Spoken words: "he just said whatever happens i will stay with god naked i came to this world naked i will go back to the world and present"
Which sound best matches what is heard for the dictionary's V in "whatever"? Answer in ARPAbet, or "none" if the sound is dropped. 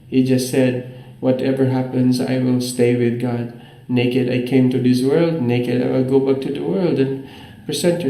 V